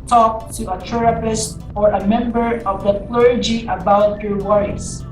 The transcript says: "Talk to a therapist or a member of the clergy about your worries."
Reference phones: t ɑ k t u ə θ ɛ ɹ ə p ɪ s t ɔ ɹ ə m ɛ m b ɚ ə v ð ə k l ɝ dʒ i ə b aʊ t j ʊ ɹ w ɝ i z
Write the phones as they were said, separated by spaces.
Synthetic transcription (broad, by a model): t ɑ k t u ə t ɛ ɹ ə p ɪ s t ɔ ɹ ə m ɛ m b ɚ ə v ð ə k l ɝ dʒ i ə b aʊ t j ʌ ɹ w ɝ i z